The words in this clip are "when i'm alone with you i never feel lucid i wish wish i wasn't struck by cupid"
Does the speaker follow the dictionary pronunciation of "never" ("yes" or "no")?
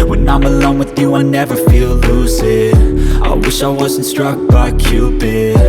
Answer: yes